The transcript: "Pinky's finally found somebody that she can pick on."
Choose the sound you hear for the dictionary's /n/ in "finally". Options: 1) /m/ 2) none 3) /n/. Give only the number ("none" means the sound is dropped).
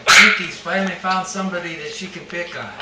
2